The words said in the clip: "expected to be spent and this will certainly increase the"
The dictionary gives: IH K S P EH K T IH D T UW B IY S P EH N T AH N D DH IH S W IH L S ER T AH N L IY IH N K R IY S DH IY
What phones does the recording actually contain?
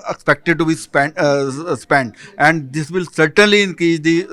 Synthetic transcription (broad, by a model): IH K S P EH K T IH D T UW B IY S P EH N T AH N D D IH S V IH L S ER T AH N L IY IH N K IY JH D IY